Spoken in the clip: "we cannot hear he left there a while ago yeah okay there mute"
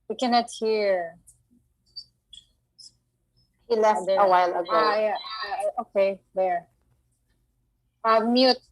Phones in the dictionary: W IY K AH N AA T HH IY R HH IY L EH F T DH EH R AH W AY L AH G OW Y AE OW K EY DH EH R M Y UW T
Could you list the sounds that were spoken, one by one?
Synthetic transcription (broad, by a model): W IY K AH N AA T HH IY R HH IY L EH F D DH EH AH W AY L AH G OW Y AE OW K EY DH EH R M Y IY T